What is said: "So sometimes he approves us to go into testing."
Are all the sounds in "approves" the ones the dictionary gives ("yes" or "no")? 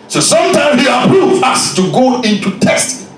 no